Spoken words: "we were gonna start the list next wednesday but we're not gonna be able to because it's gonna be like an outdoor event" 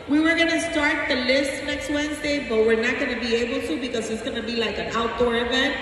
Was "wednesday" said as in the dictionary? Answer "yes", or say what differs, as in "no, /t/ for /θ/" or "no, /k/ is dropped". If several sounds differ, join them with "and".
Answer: yes